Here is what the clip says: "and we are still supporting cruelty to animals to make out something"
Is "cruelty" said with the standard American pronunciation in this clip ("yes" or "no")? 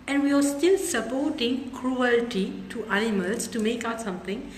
yes